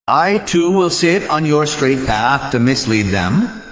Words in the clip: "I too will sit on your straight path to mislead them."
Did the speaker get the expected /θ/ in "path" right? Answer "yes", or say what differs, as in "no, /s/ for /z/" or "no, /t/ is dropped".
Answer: yes